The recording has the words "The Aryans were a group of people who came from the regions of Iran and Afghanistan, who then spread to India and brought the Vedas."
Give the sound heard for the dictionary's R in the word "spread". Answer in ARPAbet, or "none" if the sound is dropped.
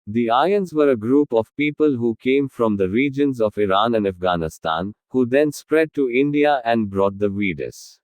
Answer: R